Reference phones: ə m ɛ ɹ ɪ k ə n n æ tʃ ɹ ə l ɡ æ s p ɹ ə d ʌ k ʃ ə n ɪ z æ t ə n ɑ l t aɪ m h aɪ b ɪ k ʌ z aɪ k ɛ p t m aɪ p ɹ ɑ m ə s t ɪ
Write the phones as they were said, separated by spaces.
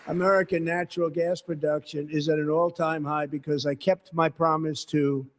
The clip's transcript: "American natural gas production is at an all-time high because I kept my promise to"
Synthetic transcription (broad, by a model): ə m ɛ ɹ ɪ k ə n n æ tʃ ɹ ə l ɡ æ s p ɹ ə d ʌ k ʃ ə n ɪ z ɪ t ə n ɑ l t aɪ m h aɪ b ɪ k ʌ z aɪ k ɛ p t m aɪ p ɹ ɑ m ə s t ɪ